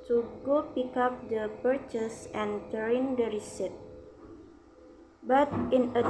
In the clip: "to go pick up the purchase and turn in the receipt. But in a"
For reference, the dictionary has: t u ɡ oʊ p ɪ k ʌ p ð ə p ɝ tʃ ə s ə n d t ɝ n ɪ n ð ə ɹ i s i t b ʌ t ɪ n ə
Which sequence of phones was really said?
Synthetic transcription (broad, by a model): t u ɡ oʊ p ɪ k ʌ p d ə p ɝ tʃ ə s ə n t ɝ ɪ n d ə ɹ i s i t b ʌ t ɪ n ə